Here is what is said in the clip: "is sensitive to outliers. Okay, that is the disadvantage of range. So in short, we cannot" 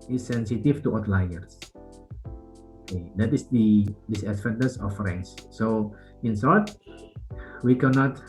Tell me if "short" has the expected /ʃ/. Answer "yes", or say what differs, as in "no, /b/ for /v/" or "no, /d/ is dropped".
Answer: no, /s/ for /ʃ/